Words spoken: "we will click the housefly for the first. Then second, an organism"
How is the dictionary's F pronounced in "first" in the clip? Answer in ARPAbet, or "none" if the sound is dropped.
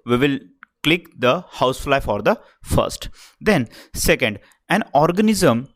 F